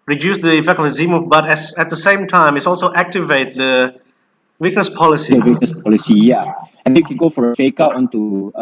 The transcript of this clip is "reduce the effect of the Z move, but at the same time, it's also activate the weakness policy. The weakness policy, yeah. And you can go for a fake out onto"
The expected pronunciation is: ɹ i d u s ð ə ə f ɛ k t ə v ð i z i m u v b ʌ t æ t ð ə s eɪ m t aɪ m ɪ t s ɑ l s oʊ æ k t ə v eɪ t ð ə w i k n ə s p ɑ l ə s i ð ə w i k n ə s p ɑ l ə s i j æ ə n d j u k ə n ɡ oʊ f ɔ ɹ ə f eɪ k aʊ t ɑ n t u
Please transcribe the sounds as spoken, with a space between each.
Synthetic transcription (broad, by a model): ɹ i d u s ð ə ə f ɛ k ə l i z i m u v b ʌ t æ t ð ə s eɪ m t aɪ m ɪ t s ɑ l s oʊ æ k t ə v eɪ t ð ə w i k n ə s p ɑ l ə s i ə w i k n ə s p ɑ l ə s i j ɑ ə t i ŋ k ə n ɡ oʊ f ɔ ɹ ə f eɪ k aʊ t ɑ n t u